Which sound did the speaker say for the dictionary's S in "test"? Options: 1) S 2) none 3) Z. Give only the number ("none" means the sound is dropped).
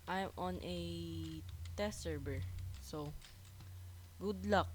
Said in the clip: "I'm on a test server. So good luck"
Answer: 2